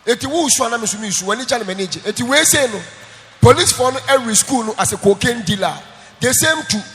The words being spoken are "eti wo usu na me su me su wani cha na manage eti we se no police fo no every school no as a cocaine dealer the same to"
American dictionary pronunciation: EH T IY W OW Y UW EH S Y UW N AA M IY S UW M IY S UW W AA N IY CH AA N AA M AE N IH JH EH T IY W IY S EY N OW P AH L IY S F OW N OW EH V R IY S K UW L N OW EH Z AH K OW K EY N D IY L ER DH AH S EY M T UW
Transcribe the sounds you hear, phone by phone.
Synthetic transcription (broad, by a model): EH T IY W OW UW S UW N AA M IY S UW M IY S UW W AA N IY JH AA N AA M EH N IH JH EH T IY W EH S EY N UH P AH L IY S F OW N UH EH R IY S K UW L N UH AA S AH K OW K EY N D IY L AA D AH S EY M T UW